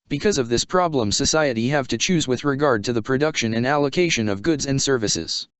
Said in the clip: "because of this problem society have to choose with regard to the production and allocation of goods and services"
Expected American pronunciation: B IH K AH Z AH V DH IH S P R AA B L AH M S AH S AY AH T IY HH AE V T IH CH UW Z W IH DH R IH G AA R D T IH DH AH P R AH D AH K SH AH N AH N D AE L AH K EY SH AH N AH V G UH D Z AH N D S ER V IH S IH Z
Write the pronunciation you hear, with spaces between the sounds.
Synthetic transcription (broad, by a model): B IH K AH Z AH V DH IH S P R AA B L AH M S AH S AY AH T IY HH AE V T IH CH UW Z W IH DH R IH G AA R D T IH DH AH P R AH D AH K SH AH N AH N AE L AH K EY SH AH N AH V G UH D Z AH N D S ER V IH S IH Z